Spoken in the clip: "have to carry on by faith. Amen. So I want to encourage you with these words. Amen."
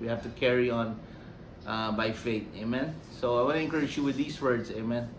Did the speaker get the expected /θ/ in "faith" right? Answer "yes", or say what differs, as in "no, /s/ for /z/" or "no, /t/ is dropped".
no, /t/ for /θ/